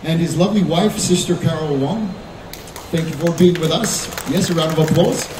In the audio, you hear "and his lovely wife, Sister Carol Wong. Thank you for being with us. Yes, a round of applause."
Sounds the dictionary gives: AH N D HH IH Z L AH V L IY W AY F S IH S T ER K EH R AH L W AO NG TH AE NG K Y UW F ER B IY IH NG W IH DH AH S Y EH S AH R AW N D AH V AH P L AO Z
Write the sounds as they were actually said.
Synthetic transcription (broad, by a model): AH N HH IH Z L AH V L IY W AY F S IH S T ER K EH R L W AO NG TH AE NG K Y UW F ER B IY IH NG W IH DH AH S Y EH S AH R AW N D AH V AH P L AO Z